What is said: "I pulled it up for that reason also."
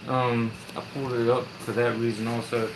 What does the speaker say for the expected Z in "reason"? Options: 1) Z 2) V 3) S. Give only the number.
1